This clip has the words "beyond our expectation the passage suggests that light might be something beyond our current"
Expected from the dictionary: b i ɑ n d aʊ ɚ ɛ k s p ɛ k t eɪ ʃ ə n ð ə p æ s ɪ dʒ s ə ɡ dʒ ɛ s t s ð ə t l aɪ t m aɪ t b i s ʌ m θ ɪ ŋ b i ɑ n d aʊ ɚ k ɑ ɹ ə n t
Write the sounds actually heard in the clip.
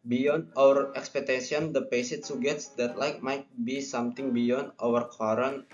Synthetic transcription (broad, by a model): b i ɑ n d aʊ ɚ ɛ k s p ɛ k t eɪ s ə n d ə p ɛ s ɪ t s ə ɡ ɛ t s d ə t l aɪ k m aɪ t b i s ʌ m t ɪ ŋ b i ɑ n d aʊ ɚ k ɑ ɹ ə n